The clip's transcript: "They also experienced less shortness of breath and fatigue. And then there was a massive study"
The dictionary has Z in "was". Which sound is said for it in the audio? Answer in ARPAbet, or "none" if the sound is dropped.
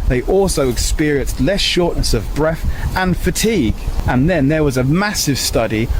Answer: Z